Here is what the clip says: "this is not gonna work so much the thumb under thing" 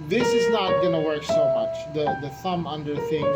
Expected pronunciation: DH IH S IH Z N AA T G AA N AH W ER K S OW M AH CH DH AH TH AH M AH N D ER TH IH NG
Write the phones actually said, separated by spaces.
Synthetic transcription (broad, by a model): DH IH S IH Z N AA T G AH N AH W ER K S OW M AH CH DH AH TH AH M AH N D ER TH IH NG